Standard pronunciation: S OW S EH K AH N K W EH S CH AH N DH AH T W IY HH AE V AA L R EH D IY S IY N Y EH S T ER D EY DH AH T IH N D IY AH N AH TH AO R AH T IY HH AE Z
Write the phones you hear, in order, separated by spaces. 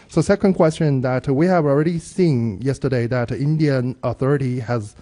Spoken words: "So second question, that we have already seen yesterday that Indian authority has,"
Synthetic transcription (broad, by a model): S OW S EH K AH N K W EH S CH AH N DH AH T W IY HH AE V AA L R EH D IY S IY N Y EH S T ER D EY DH AH T IH N D IY AH N AH TH AO R AH T IY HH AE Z